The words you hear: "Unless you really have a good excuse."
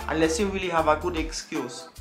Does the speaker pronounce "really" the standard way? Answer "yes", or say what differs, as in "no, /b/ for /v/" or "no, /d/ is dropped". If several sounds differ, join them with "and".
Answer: no, /w/ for /ɹ/